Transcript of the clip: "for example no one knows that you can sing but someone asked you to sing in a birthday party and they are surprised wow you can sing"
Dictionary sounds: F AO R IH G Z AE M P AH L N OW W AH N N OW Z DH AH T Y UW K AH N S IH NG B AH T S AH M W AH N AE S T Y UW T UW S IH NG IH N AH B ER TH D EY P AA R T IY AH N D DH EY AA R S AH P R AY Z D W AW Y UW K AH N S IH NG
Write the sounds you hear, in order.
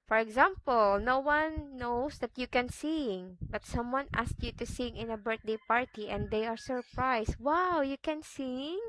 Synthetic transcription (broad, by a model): F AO R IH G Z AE M P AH L N OW W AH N N OW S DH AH T Y UW K AH N S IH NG B AH T S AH M W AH N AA S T Y UW T UW S IH NG IH N AH B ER T D EY P AA R T IY AH N D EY AA R S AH P R AY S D W AW Y UW K AH N S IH NG